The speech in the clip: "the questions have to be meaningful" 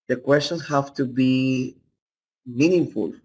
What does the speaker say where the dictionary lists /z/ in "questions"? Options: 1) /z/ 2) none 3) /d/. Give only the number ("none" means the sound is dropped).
2